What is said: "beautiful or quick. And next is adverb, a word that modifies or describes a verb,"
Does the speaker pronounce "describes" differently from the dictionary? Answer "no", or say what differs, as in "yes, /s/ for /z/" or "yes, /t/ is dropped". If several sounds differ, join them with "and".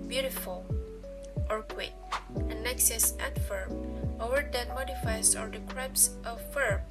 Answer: yes, /s/ is dropped and /s/ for /z/